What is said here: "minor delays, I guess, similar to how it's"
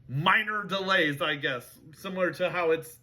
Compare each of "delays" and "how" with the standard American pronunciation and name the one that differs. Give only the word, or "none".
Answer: none